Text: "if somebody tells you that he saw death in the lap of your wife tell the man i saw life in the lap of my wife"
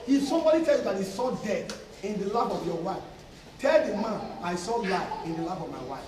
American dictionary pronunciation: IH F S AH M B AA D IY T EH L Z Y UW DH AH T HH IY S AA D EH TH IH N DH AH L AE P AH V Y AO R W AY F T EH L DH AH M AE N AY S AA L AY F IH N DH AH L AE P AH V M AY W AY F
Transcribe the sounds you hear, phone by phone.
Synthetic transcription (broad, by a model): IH S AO M B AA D IY T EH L Y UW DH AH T HH IY S AA D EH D IH N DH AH L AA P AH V Y AO W AY F T EH L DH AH M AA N AY S AA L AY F IH N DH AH L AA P AH V M AY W AY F